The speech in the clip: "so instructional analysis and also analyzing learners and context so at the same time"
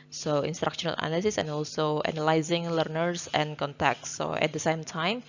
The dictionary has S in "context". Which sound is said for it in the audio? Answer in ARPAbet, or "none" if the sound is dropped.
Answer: none